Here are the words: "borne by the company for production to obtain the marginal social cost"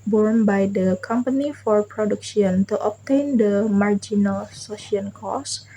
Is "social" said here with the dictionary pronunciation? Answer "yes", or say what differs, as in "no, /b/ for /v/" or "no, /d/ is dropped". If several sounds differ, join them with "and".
no, /n/ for /l/